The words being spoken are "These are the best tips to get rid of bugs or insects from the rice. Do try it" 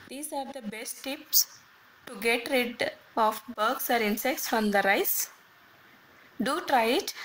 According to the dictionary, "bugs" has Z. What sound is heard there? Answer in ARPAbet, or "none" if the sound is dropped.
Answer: S